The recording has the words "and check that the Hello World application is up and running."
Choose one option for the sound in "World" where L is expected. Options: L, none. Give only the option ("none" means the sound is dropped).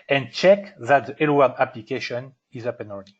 none